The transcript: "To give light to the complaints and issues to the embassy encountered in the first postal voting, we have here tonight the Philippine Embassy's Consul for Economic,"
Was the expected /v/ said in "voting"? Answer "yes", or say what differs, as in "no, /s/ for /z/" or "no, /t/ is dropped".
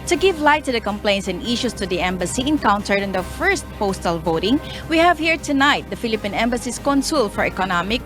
yes